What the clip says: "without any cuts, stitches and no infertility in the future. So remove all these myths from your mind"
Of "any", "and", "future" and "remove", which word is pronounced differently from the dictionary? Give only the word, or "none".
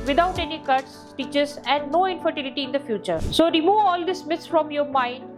none